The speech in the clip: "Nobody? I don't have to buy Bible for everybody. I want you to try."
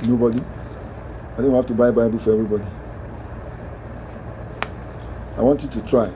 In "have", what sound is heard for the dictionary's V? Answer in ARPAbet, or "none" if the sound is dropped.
F